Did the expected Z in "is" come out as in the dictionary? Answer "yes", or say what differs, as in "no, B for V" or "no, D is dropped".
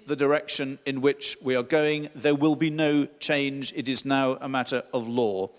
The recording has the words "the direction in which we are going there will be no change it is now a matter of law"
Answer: yes